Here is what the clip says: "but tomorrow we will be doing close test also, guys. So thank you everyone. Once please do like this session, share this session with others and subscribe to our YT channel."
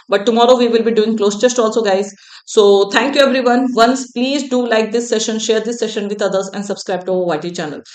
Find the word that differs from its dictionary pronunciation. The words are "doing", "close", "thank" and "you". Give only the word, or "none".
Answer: thank